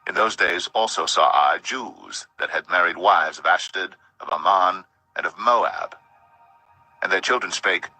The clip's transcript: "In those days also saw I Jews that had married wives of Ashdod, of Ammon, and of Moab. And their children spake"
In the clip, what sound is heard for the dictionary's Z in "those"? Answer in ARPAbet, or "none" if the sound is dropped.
Z